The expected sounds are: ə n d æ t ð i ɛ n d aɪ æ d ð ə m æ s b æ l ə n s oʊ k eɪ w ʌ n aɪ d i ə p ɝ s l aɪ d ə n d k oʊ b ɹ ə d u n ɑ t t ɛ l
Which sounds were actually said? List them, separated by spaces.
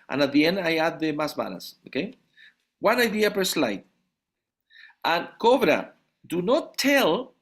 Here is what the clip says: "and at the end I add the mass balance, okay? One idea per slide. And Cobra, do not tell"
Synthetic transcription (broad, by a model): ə n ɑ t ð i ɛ n aɪ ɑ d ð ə m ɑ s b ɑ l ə s oʊ k eɪ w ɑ n aɪ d i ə p ɝ s l aɪ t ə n k oʊ b ɹ ə d u n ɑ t t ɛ l